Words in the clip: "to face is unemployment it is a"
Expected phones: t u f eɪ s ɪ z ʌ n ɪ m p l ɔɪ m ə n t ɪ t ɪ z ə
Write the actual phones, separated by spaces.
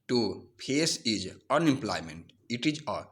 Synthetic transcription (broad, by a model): t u p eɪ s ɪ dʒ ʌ n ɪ m p l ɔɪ m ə n t ɪ t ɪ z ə